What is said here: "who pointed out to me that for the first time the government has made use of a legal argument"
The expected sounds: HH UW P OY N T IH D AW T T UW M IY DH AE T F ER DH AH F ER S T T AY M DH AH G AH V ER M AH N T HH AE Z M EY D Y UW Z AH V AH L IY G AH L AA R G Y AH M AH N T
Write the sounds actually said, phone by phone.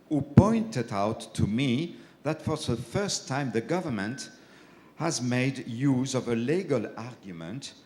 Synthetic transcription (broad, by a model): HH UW P OY N T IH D AW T T UW M IY DH AE T F ER DH AH F ER S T T AY M DH AH G AH V ER M AH N T HH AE Z M EY D Y UW Z AH V AH L IY G AH L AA R G Y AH M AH N T